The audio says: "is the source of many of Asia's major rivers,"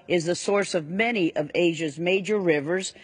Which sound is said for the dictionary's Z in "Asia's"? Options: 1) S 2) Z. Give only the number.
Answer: 2